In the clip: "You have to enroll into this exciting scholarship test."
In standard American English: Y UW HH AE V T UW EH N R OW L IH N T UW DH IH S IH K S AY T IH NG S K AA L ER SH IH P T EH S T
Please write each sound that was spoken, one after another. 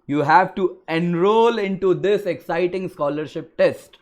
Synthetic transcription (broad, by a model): Y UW HH AE V T UW EH N R OW L IH N T UW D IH S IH K S AY T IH NG S K AA L ER SH IH P T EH S T